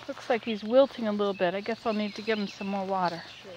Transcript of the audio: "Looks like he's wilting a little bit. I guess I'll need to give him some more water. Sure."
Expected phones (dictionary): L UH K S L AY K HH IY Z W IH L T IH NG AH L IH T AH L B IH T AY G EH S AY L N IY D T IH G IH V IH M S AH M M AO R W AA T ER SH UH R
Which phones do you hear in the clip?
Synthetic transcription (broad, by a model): L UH K S L AY K HH IY Z W IH L T IH NG AH L IH T L B IH T AY G EH S AY L N IY D T IH G IH V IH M S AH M M AO R W AA T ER R